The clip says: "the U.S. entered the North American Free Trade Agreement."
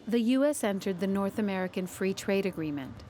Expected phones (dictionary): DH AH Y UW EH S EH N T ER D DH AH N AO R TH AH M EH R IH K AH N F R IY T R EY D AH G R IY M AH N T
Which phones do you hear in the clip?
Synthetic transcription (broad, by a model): DH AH Y UW EH S EH N T ER D DH AH N AO R TH AH M EH R IH K AH N F R IY T R EY D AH G R IY M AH N T